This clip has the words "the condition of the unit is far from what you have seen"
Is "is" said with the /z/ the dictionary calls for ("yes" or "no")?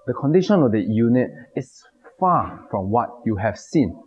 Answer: no